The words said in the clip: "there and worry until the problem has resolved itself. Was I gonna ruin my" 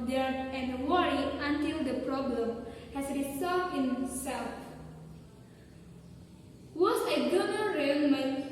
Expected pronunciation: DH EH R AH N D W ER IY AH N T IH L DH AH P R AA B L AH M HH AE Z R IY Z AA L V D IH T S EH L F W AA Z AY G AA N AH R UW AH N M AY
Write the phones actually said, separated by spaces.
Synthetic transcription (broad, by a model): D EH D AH N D W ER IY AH N T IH L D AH P R AA B L AH M HH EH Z R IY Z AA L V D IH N S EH L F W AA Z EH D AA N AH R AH L M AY